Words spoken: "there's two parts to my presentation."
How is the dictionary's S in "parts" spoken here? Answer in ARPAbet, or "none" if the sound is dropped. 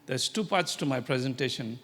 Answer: S